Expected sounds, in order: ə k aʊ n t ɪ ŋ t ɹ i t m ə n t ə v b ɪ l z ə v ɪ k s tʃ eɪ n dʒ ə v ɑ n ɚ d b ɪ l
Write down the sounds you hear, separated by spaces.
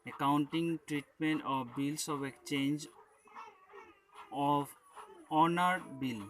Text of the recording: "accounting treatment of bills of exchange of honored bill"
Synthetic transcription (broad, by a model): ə k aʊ n t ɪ ŋ t ɹ i t m ə n t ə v b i l s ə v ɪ k tʃ eɪ n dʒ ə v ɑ n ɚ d b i l